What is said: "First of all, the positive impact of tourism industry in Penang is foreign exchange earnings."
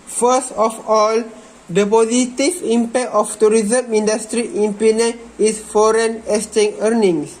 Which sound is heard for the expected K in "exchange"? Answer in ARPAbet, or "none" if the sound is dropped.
none